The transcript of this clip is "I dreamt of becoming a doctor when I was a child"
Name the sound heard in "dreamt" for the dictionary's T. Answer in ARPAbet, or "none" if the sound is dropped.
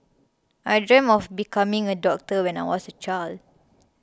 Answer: none